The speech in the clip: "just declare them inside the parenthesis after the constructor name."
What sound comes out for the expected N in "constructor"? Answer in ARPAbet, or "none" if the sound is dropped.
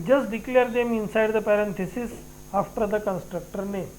N